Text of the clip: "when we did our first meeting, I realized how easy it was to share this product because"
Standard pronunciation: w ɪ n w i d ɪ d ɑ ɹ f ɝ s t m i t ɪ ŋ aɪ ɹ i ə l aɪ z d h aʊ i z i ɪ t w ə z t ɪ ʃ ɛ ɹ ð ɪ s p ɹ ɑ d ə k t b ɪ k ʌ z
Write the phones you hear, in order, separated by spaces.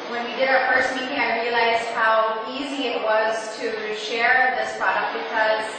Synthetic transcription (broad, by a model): w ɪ n w i d ɪ d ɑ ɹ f ɝ s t m i t ɪ ŋ aɪ ɹ i ə l aɪ z d h aʊ i z i ɪ t w ə z t ɪ ʃ ɛ ɹ ð ɪ s p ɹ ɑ d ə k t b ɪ k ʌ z